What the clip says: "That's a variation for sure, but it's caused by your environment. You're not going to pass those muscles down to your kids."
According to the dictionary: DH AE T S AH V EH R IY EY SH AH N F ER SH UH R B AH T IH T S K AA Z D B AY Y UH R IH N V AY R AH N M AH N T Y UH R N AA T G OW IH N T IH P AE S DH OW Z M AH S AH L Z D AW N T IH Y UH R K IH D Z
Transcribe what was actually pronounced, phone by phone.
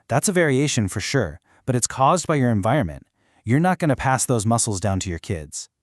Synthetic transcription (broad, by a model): DH AE T S AH V EH R IY EY SH AH N F ER SH UH R B AH T IH T S K AA Z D B AY Y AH R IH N V AY R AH N M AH N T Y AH R N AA T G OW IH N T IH P AE S DH OW Z M AH S L Z D AW N T IH Y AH R K IH D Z